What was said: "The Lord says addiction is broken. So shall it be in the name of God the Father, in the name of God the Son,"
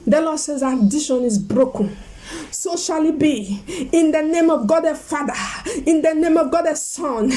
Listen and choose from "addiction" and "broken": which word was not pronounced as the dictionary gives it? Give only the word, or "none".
addiction